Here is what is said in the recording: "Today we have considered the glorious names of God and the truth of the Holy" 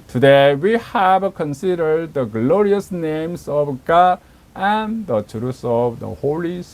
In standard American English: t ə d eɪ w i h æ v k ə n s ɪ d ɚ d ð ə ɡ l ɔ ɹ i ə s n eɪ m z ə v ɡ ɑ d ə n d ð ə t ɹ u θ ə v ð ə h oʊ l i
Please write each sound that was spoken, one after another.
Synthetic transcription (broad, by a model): t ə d eɪ w i h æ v k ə n s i d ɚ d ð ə ɡ l ɔ ɹ i ə s n eɪ m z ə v ɡ ɑ d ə n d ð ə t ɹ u s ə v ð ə h oʊ l i